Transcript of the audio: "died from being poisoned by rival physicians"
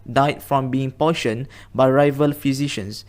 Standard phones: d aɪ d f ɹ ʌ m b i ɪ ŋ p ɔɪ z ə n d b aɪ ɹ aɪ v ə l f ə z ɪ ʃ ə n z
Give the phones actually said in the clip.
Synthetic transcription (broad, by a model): d aɪ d f ɹ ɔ m b i ɪ ŋ p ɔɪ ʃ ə n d b aɪ ɹ aɪ v ə l f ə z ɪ ʃ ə n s